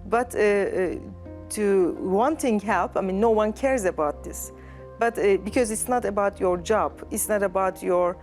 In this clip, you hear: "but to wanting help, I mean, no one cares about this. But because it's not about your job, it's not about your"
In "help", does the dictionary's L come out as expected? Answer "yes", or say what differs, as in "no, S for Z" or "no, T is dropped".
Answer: yes